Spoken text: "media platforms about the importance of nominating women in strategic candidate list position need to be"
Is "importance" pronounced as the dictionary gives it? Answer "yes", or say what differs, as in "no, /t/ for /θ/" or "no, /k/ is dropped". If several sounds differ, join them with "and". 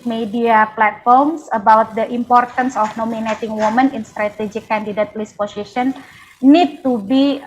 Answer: yes